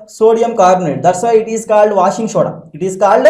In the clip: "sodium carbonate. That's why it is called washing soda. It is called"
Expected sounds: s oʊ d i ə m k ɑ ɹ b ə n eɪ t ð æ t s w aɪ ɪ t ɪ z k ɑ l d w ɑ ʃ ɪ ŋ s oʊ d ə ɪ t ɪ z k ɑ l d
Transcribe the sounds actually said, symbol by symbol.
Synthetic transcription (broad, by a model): s oʊ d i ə m k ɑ ɹ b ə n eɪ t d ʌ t s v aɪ ɪ t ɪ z k ɑ l d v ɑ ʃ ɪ ŋ ʃ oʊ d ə ɪ t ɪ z k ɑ l d